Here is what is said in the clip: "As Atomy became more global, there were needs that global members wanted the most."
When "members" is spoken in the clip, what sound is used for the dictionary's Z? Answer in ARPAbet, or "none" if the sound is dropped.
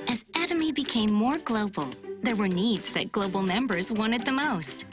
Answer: Z